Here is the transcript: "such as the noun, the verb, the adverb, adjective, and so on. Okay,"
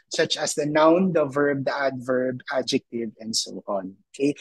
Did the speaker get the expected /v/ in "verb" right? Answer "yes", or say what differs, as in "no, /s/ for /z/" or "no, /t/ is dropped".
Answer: yes